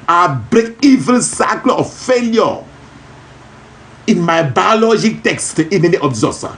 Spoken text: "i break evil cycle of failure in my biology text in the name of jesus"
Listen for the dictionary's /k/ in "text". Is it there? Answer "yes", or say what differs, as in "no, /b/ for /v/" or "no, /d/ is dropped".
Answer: yes